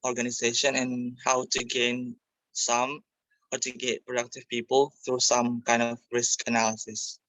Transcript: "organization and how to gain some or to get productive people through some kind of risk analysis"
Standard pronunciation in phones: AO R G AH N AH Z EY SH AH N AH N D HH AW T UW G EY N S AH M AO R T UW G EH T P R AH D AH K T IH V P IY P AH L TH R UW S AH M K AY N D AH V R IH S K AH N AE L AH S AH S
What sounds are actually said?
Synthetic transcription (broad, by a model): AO R G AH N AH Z EY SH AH N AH N HH AW T UW G EY N S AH M AO R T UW G EH T P R AH D AH K T IH V P IY P AH L TH R UW S AH M K AY N D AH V R IH S K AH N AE L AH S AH S